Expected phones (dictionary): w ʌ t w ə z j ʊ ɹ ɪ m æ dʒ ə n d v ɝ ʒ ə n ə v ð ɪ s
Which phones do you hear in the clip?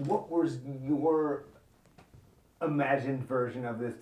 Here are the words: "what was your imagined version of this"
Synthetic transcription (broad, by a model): w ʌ t w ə z j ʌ ɹ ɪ m æ dʒ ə n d v ɝ ʒ ə n ə v ð ɪ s